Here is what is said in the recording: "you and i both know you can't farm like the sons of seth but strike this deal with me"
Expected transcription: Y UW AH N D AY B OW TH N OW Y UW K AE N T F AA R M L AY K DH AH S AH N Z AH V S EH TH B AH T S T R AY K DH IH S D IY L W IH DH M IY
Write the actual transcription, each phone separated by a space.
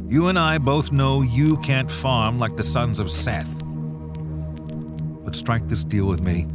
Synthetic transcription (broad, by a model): Y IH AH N AY B OW TH N OW Y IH K AE N T F AA R M L AY K DH AH S AH N Z AH V S EH TH B AH T S T R AY K DH IH S D IY L W IH DH M IY